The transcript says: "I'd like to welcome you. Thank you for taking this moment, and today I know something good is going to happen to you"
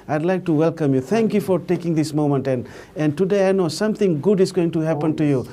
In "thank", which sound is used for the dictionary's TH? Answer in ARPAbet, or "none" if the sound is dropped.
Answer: T